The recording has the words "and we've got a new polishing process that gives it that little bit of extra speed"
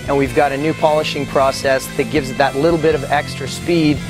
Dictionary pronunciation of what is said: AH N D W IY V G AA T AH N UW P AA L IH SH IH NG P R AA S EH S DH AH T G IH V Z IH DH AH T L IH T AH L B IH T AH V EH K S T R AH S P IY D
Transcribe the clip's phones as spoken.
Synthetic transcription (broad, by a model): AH N W IY V G AA T AH N UW P AA L IH SH IH NG P R AA S EH S DH AH T G IH V Z DH AH T L IH T L B IH T AH V EH K S T R AH S P IY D